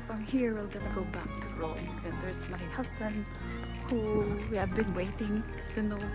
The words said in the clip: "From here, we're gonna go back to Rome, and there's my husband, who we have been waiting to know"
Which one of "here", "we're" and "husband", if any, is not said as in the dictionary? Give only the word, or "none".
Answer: we're